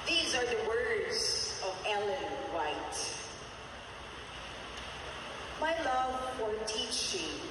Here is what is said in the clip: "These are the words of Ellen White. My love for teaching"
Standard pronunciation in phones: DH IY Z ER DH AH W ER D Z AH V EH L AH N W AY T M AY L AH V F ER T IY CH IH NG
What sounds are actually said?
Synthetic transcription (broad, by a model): DH IY Z ER DH AH W ER D Z AH V EH L AH N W AY T M AY L AH V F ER T IY CH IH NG